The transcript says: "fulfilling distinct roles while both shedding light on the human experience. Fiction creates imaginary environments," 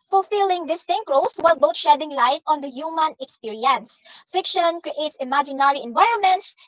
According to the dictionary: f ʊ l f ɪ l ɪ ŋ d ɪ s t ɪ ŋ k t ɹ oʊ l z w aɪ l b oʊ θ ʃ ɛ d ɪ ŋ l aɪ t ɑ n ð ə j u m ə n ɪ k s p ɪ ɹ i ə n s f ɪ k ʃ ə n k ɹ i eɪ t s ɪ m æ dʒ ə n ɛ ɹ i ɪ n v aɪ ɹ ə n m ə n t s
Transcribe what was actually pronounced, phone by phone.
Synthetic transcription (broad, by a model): f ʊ l f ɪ l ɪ ŋ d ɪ s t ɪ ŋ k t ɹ oʊ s w aɪ l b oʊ t ʃ ɛ d ɪ ŋ l aɪ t ɑ n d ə j u m ə n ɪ k s p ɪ ɹ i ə n s f ɪ k ʃ ə n k ɹ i eɪ t s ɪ m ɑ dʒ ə n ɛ ɹ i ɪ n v aɪ ɹ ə n m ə n t s